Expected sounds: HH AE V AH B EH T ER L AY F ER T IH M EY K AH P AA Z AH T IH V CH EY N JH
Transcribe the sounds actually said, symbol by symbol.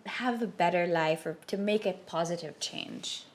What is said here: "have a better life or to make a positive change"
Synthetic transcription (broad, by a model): HH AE V AH B EH T ER L AY F ER T IH M EY K AH P AA Z AH T IH V CH EY N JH